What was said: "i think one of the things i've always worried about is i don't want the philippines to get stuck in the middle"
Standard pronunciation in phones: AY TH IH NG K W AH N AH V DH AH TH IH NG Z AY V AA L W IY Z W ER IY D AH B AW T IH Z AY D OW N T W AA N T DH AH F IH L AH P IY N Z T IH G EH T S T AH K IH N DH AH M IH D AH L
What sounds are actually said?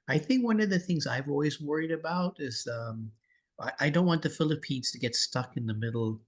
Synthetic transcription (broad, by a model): AY TH IH NG K W AH N AH V DH AH TH IH NG Z AY V AA L W IY Z W ER IY D AH B AW T IH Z AY D OW N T W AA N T DH AH F IH L AH P IY N Z T IH G EH T S T AH K IH N DH AH M IH D L